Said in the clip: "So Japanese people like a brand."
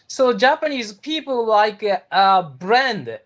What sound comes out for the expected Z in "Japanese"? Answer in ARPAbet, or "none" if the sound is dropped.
Z